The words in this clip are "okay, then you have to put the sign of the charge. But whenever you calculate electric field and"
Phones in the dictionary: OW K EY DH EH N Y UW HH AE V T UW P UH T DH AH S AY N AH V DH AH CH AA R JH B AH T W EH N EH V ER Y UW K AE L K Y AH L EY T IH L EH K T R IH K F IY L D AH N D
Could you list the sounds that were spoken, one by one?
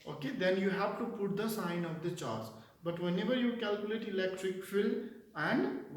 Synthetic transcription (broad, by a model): OW K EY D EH N Y UW HH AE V T UW P UH T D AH S AY N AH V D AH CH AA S B AH T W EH N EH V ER Y UW K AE L K Y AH L EY T IH L EH K T R IH K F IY L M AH N D